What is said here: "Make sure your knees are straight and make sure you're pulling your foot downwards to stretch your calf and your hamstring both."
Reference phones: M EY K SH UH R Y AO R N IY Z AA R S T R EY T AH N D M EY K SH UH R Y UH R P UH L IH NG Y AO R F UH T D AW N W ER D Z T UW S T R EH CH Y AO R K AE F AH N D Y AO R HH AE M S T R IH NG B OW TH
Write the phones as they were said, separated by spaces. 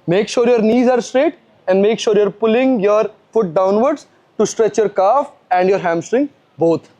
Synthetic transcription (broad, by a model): M EY K SH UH R Y AO R N IY Z AA R S T R EY T AH N D M EY K SH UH R Y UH R P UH L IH NG Y AO R F UH T D AW N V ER D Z T UW S T R EH CH Y AO R K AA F AH N D Y AO R HH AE M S T R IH NG B OW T